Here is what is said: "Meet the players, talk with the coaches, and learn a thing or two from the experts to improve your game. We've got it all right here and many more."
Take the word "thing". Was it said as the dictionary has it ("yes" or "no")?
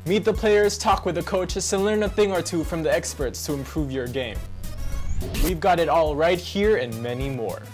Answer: yes